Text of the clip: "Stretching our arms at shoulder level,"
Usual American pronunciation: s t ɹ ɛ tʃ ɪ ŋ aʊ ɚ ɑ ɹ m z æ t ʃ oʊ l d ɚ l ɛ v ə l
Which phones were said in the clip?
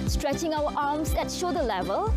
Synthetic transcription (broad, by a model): s t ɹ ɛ tʃ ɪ ŋ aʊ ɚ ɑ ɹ m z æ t ʃ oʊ d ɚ l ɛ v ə l